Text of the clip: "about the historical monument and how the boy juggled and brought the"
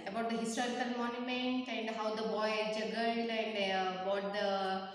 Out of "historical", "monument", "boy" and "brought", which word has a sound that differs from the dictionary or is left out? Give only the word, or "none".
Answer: brought